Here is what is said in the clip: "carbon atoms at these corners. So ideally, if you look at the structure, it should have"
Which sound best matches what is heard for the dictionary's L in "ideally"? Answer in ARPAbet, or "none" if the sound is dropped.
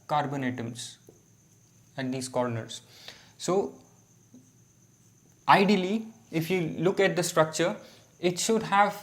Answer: L